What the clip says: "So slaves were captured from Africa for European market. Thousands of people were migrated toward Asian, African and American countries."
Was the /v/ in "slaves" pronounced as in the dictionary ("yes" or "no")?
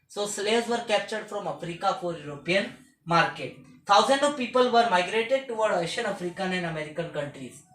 no